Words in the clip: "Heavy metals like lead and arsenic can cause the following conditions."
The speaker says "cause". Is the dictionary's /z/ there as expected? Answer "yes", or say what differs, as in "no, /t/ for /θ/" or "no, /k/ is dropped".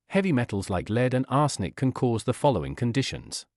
yes